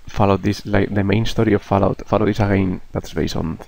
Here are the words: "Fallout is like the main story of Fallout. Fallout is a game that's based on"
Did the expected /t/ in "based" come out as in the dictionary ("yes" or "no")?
no